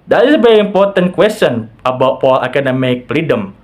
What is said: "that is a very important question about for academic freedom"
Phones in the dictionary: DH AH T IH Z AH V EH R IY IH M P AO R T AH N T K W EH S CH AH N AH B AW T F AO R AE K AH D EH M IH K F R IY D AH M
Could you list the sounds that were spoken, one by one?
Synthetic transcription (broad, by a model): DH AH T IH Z AH V EH R IY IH M P AO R T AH N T K W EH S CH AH N AH B AW T P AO L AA K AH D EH M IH K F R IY D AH M